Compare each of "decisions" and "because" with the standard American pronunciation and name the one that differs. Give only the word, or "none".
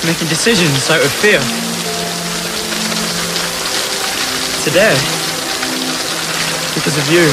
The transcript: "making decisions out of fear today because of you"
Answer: none